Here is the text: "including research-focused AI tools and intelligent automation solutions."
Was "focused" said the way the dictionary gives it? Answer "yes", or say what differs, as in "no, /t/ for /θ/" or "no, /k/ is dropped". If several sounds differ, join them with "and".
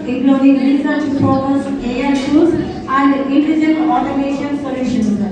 no, /t/ is dropped